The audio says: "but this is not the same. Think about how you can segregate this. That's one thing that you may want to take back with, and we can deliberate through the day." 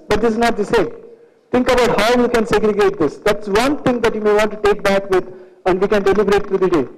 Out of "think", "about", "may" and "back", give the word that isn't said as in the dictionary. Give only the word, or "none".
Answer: think